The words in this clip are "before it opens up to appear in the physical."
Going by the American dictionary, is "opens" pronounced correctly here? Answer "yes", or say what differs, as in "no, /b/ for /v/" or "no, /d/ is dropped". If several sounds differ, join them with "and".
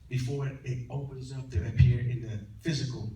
yes